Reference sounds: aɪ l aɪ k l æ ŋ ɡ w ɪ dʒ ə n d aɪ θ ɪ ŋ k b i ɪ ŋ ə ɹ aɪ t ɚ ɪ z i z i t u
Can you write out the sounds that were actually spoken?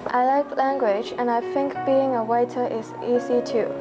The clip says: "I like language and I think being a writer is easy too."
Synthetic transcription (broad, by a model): aɪ l aɪ k l æ ŋ ɡ w ɪ dʒ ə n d aɪ θ ɪ ŋ k b i ɪ ŋ ə w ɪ t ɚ ɪ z i z i t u